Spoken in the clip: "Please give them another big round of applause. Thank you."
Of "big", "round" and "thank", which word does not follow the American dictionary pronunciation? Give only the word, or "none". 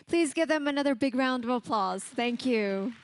none